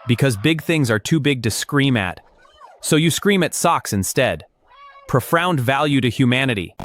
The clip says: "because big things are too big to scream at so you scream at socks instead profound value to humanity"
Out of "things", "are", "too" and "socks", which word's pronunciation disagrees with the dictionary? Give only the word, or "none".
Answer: none